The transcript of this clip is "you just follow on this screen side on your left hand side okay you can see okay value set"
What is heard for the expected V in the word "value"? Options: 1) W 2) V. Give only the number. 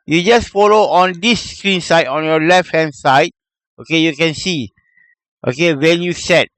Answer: 1